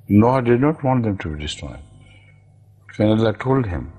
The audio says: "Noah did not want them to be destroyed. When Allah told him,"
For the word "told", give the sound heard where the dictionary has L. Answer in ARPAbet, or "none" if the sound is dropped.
L